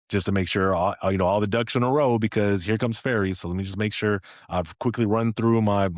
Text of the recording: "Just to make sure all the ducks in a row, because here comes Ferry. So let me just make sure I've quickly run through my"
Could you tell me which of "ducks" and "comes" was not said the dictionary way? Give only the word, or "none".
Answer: ducks